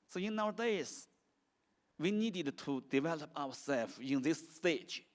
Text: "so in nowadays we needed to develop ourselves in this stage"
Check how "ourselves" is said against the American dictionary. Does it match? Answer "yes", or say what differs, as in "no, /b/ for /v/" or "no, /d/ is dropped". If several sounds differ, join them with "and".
no, /w/ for /ɹ/